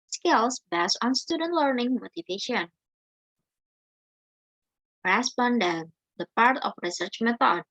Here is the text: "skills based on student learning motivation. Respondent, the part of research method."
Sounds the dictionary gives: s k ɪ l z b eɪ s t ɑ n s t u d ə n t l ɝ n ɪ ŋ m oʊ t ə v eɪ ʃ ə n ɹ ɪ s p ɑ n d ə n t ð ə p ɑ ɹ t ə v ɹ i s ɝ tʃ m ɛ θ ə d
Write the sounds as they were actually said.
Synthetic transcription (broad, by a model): s k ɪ l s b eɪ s ɑ n s t u d ə n t l ɝ n ɪ ŋ m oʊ t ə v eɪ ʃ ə n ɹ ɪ s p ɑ n d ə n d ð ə p ɑ ɹ t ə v ɹ i s ɝ tʃ m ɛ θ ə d